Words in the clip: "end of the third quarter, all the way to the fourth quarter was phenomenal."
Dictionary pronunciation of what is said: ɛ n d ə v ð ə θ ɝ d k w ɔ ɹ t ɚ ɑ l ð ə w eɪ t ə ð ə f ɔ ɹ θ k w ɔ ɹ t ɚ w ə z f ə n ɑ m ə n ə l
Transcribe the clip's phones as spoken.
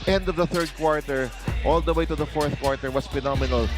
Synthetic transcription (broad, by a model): ɛ n d ə v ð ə θ ɝ d k w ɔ ɹ t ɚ ɑ l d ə w eɪ t ə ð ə f ɔ ɹ θ k w ɔ ɹ t ɚ w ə s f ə n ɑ m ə n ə l